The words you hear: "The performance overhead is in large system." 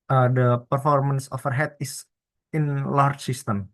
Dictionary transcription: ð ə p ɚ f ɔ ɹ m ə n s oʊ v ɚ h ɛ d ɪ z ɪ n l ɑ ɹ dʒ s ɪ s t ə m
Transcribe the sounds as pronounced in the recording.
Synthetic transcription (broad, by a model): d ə p ɚ f ɔ ɹ m ə n s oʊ f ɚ h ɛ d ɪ s ɪ n l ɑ ɹ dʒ s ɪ s t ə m